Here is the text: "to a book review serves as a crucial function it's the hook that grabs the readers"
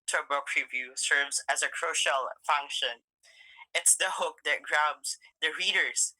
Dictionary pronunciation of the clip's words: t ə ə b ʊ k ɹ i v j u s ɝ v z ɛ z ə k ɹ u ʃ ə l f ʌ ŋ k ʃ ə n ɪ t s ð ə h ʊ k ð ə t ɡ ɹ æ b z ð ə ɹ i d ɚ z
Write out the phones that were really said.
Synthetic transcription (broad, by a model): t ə ə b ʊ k ɹ i v j u s ɝ v z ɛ z ə k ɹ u ʃ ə l f ʌ ŋ k ʃ ə n ɪ t s ð ə h ʊ k ð ə t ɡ ɹ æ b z ð ə ɹ i d ɚ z